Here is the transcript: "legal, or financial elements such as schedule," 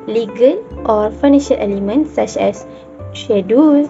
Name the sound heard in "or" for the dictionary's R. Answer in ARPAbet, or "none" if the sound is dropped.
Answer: R